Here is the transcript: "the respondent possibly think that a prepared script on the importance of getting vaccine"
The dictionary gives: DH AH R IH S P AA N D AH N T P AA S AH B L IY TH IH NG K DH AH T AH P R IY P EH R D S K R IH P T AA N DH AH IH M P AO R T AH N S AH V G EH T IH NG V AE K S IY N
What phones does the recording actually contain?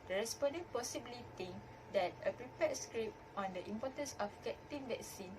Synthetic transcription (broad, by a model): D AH R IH S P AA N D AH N P AA S AH B L IY T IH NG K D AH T AH P R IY P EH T S K R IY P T AA N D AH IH M P AO T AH N S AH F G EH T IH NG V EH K S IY N